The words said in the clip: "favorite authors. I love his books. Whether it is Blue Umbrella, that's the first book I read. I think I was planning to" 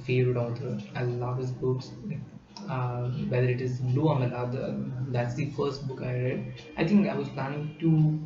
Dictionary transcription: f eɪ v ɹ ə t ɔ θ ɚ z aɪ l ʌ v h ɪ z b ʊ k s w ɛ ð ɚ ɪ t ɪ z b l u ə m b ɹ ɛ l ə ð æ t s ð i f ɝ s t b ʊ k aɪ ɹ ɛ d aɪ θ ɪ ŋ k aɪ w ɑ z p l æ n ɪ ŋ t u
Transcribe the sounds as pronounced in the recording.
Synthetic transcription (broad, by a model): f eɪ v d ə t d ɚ aɪ l ʌ v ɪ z b ʊ k s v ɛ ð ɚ ɪ t ɪ z b l u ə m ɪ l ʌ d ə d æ t s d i f ɝ s t b ʊ k aɪ ɹ ɛ d aɪ t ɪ ŋ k aɪ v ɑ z p l æ n ɪ ŋ t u